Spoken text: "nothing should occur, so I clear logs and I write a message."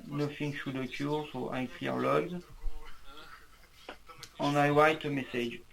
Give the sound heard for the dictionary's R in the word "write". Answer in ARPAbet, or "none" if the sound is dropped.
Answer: W